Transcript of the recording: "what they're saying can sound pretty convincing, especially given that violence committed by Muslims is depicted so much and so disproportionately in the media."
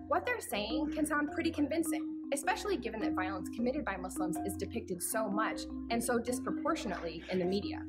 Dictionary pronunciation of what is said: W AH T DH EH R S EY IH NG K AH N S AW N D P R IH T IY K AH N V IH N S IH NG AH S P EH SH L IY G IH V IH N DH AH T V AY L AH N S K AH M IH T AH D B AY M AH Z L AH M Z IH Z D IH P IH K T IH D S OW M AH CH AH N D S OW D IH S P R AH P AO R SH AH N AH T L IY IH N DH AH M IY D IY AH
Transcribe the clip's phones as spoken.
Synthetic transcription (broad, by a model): W AH T DH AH R S EY IH NG K AH N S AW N P R IH T IY K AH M V IH N S IH NG AH S P EH SH L IY G IH V IH N DH AH T V AY L AH N S K AH M IH T AH D B AY M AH S L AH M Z IH Z D IH P IH K T IH D S OW M AH CH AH N S OW D IH S P R AH P AO R SH AH N AH T L IY IH N DH AH M IY D IY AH